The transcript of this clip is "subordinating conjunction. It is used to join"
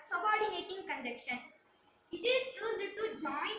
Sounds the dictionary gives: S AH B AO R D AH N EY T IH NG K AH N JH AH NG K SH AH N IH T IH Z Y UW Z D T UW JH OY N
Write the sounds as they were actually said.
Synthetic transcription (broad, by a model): S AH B AO R D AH N EY T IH NG K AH N JH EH K SH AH N IH T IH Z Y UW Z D T UW JH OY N